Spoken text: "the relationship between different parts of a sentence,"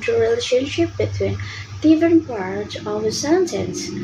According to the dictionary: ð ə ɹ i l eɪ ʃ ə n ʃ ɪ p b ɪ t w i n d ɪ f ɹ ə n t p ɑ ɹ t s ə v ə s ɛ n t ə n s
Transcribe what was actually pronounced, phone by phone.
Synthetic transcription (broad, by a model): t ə ɹ i l eɪ ʃ ə n ʃ ɪ p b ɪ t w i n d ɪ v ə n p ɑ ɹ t ə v ə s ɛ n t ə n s